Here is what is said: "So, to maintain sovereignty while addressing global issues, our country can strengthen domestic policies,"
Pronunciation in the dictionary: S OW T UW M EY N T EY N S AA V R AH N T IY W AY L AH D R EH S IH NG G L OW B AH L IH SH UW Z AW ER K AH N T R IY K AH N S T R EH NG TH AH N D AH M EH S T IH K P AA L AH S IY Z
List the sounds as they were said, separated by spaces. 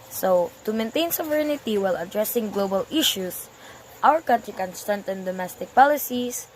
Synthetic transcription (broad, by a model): S OW T UW M EY N T EY N S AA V R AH N T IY W AY L AH D R EH S IH NG G L OW B AH L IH SH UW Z AW ER K AH N T R IY K AH N S T R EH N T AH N D AH M EH S T IH K P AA L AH S IY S